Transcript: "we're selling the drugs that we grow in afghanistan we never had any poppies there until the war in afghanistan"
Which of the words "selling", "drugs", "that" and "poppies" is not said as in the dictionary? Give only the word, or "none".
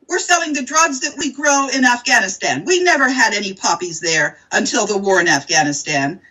none